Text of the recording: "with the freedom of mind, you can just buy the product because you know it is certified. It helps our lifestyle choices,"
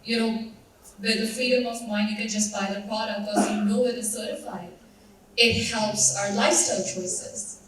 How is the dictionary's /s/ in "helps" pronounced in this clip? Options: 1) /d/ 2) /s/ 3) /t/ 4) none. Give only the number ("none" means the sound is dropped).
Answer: 2